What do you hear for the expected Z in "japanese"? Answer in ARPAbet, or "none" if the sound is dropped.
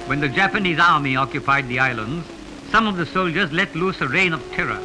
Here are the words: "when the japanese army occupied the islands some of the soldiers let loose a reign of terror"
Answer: Z